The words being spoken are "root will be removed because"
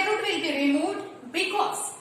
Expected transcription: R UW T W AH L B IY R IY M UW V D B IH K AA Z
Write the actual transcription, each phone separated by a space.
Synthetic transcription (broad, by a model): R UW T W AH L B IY R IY M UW D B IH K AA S